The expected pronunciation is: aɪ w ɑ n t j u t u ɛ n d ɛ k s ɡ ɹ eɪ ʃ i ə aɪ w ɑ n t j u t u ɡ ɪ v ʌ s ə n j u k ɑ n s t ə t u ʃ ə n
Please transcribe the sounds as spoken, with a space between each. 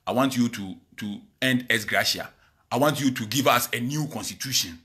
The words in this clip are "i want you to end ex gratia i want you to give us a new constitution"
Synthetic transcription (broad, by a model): aɪ w ɑ n t j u t u ɛ n d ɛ s ɡ ɹ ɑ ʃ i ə aɪ w ɑ n t j u t u ɡ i v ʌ s ə n j u k ɑ n s t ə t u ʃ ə n